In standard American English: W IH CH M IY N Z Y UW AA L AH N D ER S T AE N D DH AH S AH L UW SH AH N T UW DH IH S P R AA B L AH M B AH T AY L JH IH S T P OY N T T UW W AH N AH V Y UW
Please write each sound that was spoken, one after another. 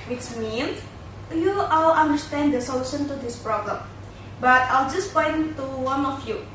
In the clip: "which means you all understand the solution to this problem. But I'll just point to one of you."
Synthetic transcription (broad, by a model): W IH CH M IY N S Y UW AA L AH N D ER S T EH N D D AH S AH L UW SH AH N T UW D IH S P R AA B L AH M B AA T AY L JH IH S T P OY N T T UW W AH N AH F Y UW